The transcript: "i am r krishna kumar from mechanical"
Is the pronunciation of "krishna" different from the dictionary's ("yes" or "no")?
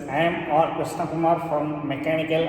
yes